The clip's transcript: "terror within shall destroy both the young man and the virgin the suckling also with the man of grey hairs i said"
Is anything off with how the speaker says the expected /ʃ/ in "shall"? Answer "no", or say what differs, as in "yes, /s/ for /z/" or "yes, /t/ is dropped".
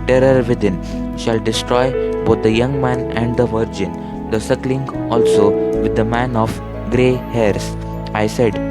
no